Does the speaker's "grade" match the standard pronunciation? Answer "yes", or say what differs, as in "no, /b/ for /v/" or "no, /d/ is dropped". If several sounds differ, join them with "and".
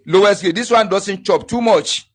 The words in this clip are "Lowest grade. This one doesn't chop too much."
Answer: no, /ɹ/ is dropped